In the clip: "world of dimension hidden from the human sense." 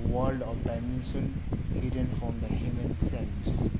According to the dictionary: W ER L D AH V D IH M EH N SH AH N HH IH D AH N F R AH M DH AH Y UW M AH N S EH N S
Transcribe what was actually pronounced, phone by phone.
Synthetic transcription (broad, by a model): W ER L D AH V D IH M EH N S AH N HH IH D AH N F R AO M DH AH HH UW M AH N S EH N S